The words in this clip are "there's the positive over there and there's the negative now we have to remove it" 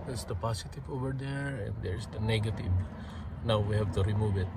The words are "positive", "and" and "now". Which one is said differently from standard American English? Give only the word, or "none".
positive